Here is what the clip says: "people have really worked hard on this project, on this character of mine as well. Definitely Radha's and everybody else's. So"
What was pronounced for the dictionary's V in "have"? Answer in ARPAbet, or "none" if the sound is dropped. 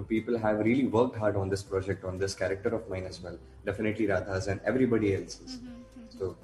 V